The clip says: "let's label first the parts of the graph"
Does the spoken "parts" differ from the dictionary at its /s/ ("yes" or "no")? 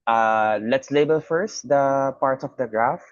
yes